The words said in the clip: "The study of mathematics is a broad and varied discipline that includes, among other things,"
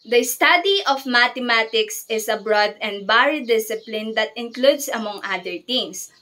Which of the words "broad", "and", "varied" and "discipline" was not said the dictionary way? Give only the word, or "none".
varied